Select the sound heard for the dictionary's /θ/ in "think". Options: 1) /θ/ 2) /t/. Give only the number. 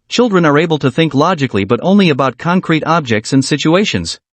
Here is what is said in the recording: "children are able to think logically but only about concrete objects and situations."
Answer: 1